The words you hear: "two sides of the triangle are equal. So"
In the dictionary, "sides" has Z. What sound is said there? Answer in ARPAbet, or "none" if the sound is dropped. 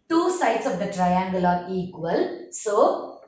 S